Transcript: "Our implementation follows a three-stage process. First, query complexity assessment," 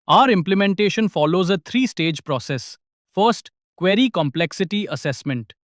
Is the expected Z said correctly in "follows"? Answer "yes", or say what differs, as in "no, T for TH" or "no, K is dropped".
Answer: yes